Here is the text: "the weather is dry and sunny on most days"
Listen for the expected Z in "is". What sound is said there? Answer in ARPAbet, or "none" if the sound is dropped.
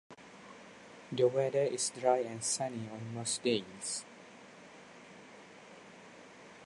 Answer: S